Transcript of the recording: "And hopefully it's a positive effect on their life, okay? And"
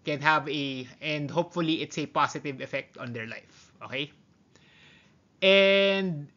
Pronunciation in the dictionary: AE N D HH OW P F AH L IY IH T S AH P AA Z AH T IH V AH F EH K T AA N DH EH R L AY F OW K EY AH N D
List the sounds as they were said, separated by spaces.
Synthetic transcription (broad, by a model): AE N D HH OW P F AH L IY IH T S AH P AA S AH T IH V AH F EH K T AA N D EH R L AY F OW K EY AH N D